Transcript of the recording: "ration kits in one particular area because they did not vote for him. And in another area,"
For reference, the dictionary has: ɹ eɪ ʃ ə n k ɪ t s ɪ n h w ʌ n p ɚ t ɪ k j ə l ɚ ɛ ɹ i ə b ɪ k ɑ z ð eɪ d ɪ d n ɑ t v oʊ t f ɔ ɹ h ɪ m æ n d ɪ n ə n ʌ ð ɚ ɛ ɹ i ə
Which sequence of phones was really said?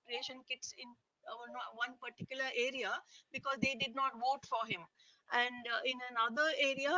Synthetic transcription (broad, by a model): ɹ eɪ ʃ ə n k ɪ t s ɪ n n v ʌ n p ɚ t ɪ k j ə l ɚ ɛ ɹ i ə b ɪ k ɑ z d eɪ d ɪ d n ɑ t v oʊ t f ɔ ɹ h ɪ m æ n d ɪ n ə n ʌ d ɚ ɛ ɹ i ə